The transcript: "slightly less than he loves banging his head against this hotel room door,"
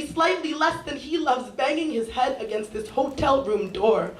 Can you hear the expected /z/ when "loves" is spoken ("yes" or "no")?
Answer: yes